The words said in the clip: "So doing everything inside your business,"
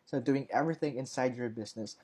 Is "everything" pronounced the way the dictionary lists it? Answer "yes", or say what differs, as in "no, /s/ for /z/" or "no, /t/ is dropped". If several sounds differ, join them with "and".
yes